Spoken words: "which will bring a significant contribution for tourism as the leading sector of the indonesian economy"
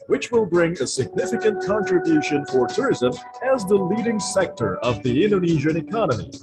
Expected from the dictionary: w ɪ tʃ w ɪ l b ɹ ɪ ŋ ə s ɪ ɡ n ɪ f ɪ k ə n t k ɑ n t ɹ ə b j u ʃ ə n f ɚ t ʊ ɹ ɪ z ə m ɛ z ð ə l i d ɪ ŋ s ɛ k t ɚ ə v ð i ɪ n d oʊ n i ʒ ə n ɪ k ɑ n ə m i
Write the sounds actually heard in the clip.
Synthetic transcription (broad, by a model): w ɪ tʃ w ɪ l b ɹ ɪ ŋ ə s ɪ ɡ n ɪ f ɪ k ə n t k ɑ n t ɹ ə b j u ʃ ə n f ɚ t ʊ ɹ ɪ z ə m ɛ z ð ə l i d ɪ ŋ s ɛ k t ɚ ə v ð i ɪ n d oʊ n i ʒ ə n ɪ k ɑ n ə m i